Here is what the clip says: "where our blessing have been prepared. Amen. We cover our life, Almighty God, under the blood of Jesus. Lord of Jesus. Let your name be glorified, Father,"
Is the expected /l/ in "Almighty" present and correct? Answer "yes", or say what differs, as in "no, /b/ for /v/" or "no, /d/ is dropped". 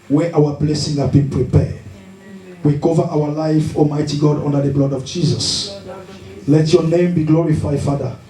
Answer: no, /l/ is dropped